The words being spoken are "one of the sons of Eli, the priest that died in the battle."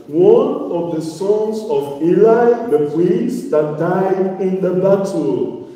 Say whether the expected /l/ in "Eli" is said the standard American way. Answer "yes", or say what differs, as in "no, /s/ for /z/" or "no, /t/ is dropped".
yes